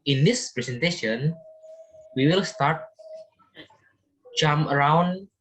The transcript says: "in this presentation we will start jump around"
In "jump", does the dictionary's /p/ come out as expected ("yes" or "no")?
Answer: no